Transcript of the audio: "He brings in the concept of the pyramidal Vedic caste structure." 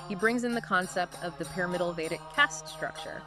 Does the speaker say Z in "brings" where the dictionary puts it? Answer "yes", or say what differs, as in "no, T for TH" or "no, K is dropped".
yes